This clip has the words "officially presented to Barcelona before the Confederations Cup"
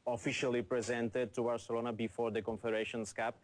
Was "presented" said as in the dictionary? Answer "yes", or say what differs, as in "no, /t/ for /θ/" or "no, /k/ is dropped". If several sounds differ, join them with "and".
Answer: yes